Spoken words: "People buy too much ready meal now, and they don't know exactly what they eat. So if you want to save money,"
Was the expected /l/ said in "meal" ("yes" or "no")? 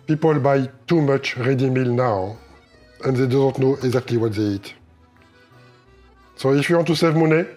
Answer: yes